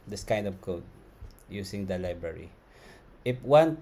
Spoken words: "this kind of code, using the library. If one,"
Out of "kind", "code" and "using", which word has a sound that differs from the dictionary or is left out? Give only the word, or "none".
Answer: using